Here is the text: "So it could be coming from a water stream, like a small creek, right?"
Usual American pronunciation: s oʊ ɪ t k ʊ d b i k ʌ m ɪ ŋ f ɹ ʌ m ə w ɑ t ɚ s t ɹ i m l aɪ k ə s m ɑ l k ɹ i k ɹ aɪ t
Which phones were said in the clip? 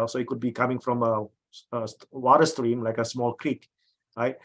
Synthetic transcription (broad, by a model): s oʊ ɪ t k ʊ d b i k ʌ m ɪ ŋ f ɹ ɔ m ə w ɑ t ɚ s t ɹ i m l aɪ k ə s m ɑ l k ɹ i k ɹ aɪ t